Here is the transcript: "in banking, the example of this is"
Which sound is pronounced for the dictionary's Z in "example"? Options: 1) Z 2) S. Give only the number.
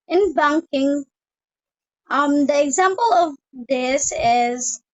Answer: 1